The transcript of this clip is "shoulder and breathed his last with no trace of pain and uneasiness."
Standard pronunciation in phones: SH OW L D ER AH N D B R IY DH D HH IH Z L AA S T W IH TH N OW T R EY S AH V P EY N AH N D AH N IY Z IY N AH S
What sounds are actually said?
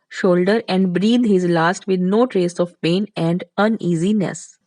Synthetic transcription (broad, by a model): SH OW L D ER AH N D B R IY D HH IH Z L AA S T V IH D N OW T R EY S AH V P EY N AH N D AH N IY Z IY N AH S